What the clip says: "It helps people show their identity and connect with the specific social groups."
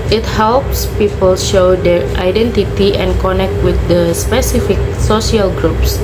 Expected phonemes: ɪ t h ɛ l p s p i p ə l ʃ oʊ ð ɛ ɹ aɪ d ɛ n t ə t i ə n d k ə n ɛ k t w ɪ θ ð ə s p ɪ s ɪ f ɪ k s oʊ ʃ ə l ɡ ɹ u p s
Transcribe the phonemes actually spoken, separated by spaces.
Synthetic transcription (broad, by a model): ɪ t h ɛ l p s p i p ə l ʃ oʊ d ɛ ɹ aɪ d ɛ n t ə t i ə n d k ə n ɛ k t w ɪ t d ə s p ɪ s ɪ f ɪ k s oʊ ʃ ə l ɡ ɹ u p s